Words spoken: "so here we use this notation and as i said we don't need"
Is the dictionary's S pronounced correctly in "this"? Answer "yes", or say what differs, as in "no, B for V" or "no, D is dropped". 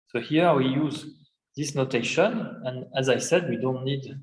yes